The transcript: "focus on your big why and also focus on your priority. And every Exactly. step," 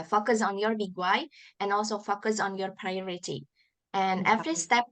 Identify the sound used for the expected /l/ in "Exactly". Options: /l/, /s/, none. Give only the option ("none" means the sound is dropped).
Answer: none